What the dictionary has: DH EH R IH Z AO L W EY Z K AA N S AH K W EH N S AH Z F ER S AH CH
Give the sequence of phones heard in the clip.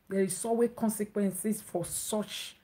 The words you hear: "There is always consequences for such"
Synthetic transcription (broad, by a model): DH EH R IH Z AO W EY K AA N S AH K W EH N S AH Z F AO S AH CH